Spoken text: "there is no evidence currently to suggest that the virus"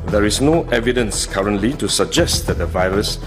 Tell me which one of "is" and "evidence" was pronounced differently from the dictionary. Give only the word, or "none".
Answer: is